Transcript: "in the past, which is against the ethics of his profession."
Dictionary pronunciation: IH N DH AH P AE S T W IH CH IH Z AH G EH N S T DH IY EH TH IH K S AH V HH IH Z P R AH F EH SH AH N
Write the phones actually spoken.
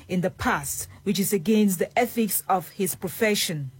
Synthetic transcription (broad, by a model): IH N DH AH P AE S T W IH CH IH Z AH G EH N S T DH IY EH TH IH K S AH V HH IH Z P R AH F EH SH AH N